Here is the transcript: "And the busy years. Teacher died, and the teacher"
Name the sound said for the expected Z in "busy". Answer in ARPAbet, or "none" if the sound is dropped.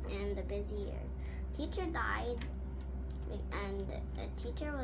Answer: Z